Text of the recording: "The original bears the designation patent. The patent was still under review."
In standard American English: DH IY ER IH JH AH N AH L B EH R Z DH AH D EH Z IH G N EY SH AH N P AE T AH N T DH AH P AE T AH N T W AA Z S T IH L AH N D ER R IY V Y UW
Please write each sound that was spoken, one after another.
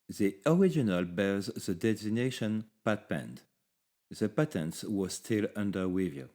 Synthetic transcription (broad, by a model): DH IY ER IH JH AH N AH L B EH R Z DH AH D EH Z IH N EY SH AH N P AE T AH N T DH AH P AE T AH N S W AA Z S T IH L AH N D ER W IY V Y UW